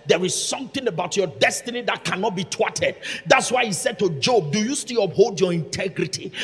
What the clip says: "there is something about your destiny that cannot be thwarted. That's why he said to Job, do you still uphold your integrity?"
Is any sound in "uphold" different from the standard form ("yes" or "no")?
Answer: no